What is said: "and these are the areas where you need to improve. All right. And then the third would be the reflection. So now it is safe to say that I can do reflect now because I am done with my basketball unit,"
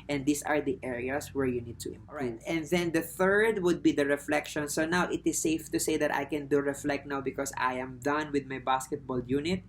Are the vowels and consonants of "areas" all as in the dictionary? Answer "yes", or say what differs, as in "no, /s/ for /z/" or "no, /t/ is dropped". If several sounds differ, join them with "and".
no, /s/ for /z/